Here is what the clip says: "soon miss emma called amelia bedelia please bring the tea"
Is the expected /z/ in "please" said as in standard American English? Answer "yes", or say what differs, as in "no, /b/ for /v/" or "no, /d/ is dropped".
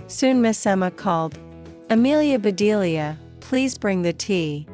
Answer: yes